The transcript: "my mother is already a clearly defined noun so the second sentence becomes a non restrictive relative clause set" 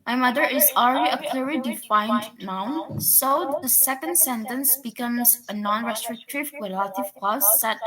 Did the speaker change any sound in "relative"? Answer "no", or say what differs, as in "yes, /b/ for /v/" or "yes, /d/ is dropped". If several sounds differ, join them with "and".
yes, /w/ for /ɹ/